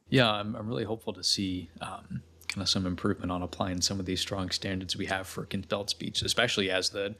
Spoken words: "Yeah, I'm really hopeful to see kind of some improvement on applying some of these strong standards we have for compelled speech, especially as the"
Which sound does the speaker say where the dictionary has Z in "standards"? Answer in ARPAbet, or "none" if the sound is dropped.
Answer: Z